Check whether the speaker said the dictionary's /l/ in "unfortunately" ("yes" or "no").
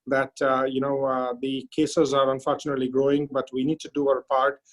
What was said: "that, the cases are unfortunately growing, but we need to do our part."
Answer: yes